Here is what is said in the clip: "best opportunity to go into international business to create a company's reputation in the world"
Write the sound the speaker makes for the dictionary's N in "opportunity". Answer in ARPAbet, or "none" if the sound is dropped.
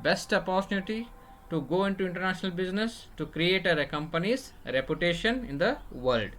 L